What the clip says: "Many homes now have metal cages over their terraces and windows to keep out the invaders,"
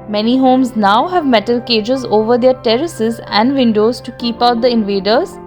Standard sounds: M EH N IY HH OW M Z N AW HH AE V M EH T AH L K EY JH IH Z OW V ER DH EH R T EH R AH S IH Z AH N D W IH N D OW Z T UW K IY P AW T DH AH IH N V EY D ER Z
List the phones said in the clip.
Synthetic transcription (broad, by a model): M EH N IY HH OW M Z N AW HH AE V M EH T AH L K EY JH IH Z OW V ER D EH R T EH R AH S IH Z AH N D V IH N D OW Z T UW K IY P AW T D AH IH N V EY D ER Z